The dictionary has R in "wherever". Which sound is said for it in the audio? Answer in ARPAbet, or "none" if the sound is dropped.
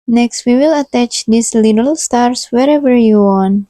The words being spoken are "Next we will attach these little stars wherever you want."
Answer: R